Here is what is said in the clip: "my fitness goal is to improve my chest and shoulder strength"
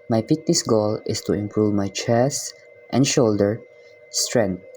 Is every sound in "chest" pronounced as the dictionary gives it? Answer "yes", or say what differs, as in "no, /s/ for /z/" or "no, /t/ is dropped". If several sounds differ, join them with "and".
yes